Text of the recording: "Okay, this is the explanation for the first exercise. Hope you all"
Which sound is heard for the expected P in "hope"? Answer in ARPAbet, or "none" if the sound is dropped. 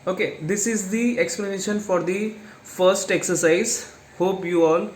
P